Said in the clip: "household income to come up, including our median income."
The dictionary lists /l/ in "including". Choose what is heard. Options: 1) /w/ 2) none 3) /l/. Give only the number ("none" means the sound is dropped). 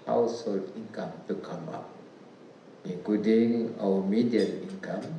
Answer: 2